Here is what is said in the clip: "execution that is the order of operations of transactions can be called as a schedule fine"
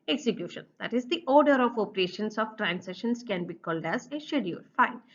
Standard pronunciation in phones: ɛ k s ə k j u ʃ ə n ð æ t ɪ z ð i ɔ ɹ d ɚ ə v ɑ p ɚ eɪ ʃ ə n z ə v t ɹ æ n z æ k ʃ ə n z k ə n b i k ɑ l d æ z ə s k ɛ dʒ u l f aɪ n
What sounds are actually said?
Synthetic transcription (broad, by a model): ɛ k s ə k j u ʃ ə n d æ t ɪ z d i ɔ ɹ d ɚ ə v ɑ p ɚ eɪ ʃ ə n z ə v t ɹ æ n s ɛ ʃ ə n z k ə n b i k ɑ l d æ z ə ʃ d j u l f aɪ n